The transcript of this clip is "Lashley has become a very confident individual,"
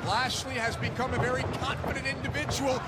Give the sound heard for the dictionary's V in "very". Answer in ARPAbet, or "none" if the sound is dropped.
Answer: V